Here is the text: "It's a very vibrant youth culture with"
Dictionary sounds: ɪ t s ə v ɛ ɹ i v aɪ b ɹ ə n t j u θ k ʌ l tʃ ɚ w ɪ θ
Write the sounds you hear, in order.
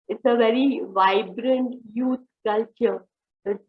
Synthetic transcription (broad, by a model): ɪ t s ə v ɛ ɹ i v aɪ b ɹ ə n t j u t k ʌ l tʃ ɚ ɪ